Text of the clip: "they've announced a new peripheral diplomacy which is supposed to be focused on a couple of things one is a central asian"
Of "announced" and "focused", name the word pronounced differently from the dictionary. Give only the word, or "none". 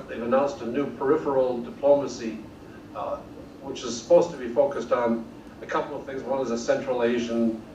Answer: none